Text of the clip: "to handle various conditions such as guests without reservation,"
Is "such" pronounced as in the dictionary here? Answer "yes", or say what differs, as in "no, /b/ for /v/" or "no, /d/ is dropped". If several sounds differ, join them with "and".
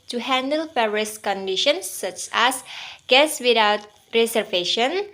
yes